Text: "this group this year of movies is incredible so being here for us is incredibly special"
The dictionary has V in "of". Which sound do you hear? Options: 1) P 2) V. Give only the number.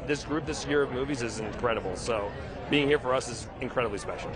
2